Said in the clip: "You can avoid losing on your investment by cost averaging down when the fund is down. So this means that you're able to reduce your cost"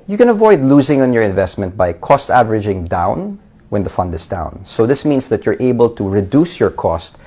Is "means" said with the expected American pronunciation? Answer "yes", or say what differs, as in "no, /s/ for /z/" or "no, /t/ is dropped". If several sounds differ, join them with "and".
no, /s/ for /z/